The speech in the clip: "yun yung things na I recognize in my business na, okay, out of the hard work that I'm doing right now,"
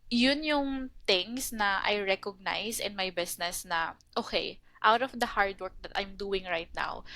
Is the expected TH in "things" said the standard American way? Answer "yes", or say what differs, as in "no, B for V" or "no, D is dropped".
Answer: no, T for TH